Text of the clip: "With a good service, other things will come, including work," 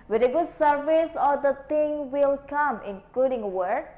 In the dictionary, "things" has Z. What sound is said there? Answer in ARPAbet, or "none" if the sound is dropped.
none